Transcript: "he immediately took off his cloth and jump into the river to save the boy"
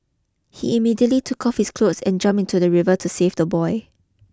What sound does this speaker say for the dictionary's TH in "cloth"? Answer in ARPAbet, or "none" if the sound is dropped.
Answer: S